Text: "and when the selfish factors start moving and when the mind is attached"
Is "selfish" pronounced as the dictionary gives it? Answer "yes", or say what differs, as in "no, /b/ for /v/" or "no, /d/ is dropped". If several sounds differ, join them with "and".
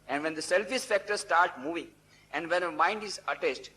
no, /s/ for /ʃ/